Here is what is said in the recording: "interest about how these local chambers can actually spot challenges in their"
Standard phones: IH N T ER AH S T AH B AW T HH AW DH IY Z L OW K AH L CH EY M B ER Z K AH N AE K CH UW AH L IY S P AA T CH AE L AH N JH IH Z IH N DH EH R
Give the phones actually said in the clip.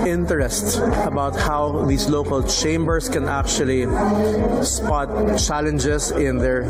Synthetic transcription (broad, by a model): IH N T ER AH S T AH B AW T HH AW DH IY S L OW K AH L CH EY M B ER S K AH N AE K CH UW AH L IY S P AA T CH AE L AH N JH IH S IH N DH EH R